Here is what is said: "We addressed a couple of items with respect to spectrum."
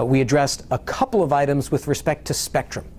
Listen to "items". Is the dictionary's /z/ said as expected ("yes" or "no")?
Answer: yes